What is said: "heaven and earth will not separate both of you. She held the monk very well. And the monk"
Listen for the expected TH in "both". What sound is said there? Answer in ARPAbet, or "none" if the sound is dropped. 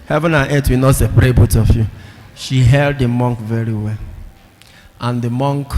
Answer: T